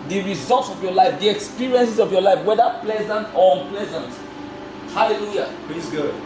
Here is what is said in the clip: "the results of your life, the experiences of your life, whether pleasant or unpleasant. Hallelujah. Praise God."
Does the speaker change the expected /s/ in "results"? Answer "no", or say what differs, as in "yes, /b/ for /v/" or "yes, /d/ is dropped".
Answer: no